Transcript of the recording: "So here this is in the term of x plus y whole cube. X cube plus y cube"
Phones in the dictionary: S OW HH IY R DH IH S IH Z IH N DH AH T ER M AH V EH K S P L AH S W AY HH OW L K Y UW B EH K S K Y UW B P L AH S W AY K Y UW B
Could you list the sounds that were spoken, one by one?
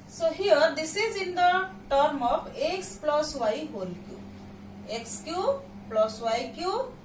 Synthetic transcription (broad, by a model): S OW HH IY R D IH S IH Z IH N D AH T ER M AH P EH K S P L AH S W AY HH OW L K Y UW EH K S K Y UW P L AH S W AY K Y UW